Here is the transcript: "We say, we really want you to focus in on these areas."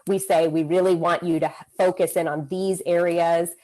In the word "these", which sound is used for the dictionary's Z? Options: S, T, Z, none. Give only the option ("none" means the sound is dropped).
Z